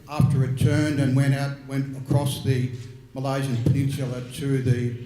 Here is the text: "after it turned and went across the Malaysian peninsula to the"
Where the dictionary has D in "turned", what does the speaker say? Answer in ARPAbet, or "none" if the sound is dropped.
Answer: D